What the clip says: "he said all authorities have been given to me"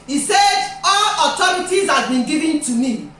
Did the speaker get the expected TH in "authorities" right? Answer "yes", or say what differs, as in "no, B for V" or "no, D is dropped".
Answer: no, T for TH